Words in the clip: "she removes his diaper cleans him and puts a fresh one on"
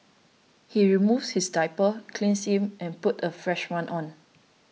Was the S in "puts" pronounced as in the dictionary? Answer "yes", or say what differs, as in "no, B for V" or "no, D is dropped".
no, S is dropped